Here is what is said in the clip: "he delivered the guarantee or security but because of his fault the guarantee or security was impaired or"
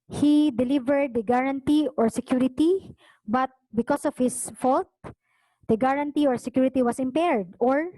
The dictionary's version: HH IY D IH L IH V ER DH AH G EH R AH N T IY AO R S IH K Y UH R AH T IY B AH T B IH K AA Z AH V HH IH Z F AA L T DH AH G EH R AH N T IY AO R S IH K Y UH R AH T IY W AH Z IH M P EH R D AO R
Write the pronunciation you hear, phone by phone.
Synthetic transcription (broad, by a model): HH IY D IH L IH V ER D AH G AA R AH N T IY AO R S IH K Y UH R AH T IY B AH T B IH K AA S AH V HH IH S F AA L T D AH G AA R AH N T IY AO R S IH K Y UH R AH T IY W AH S IH M P EH R D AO R